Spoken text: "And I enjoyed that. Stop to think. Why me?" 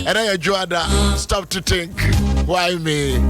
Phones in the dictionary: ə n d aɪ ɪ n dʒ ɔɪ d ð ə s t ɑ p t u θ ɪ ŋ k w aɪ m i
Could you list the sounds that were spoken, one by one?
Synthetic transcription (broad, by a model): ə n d aɪ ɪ dʒ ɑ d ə s t ɑ p t u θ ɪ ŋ k w aɪ m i